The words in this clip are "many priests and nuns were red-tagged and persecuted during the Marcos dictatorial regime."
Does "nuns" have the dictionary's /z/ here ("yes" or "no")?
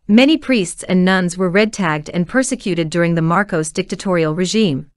yes